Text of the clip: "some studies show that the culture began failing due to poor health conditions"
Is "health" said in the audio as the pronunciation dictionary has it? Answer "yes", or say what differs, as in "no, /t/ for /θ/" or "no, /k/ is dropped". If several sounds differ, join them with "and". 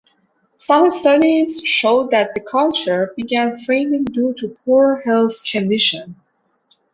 no, /s/ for /θ/